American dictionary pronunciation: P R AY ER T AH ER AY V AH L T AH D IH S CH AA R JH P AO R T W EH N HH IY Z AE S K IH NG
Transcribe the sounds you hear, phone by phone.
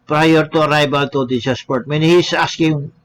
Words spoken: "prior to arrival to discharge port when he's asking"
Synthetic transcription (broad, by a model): P R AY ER T AH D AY B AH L T AH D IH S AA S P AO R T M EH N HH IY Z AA S K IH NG